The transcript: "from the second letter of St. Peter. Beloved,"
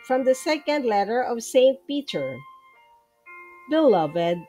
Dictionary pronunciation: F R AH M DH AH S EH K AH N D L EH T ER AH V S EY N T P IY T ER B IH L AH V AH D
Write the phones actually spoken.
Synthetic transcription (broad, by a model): F R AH M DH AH S EH K AH N D L EH T ER AH V S EY N T P IY T ER B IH L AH V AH D